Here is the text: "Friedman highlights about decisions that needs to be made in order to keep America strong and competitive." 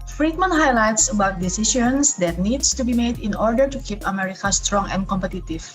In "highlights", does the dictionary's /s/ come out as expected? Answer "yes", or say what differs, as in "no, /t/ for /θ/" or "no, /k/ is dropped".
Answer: yes